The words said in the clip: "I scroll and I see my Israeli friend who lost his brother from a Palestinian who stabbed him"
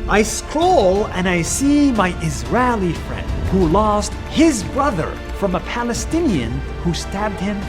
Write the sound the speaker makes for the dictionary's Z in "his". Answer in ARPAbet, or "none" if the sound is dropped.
Z